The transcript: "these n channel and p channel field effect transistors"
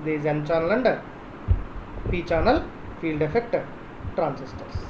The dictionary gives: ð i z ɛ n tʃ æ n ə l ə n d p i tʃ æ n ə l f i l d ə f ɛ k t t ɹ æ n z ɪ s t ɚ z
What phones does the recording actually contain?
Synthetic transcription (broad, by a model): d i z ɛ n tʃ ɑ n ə l ə n d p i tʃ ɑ n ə l f i l d ə f ɛ k t t ɹ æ n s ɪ s t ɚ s